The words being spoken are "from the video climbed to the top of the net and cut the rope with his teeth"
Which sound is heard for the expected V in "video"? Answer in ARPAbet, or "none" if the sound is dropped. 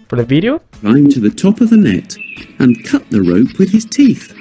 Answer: V